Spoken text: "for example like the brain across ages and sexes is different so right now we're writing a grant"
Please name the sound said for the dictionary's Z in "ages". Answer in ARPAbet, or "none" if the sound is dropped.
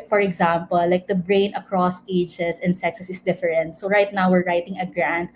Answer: S